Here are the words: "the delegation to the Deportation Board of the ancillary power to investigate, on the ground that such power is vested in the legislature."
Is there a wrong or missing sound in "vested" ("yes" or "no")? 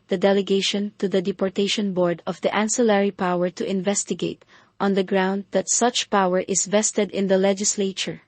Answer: no